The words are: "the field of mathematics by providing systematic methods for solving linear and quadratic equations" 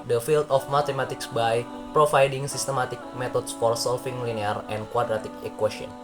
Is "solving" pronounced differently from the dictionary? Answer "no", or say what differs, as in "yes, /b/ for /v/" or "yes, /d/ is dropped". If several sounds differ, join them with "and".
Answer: yes, /f/ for /v/